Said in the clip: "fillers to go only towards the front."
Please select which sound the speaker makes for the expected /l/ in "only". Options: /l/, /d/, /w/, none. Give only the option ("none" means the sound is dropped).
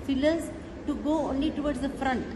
/l/